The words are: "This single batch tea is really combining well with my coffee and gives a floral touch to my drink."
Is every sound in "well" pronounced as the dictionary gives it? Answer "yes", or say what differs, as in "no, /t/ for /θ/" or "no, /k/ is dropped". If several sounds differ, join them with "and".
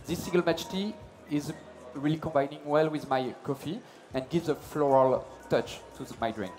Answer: yes